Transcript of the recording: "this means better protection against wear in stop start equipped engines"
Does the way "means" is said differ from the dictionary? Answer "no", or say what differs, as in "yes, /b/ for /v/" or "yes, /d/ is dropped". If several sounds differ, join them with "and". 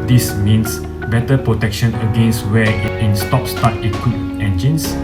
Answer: yes, /s/ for /z/